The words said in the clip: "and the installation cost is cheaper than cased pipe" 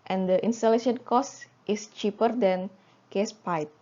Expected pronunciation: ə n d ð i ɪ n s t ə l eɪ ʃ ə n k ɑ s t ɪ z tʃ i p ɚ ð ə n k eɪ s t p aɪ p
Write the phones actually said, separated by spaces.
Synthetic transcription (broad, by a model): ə n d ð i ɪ n s t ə l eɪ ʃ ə n k ɑ s t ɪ s tʃ i p ɚ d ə n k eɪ s p aɪ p